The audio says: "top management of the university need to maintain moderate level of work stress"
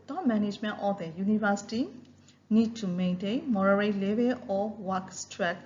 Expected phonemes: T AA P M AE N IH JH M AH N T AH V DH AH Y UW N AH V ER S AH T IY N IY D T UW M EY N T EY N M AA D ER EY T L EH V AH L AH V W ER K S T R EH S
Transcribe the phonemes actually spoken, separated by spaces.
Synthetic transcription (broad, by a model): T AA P M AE N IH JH M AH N T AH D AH Y UW N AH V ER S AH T IY N IY D T UW M EY N T EY N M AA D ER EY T L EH B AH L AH W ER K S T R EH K